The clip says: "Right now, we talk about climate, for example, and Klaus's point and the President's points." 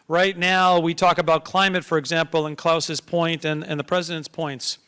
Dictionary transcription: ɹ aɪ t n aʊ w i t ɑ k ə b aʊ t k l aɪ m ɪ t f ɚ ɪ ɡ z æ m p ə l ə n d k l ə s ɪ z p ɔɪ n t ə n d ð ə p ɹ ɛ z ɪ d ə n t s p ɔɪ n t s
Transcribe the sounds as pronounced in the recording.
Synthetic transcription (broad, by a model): ɹ aɪ t n aʊ w i t ɑ k ə b aʊ t k l aɪ m ɪ t f ɚ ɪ ɡ z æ m p l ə n k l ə s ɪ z p ɔɪ n t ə n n ð ə p ɹ ɛ z ɪ d ə n t s p ɔɪ n t s